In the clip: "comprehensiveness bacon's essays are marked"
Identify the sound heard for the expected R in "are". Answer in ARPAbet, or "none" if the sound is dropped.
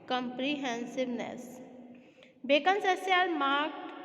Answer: L